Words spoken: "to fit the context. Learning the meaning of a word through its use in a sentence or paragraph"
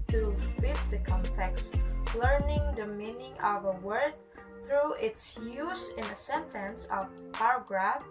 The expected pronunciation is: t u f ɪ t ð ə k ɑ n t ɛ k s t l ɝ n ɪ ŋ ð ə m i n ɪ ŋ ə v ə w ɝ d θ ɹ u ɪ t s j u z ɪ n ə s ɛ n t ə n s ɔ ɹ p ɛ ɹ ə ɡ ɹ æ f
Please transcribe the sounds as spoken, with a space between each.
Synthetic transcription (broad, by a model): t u f ɪ t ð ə k ɑ n t ɛ k s t l ɝ n ɪ ŋ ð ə m i n ɪ ŋ ə v ə w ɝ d θ ɹ u ɪ t s j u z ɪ n ə s ɛ n t ə n s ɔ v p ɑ ɹ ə ɡ ɹ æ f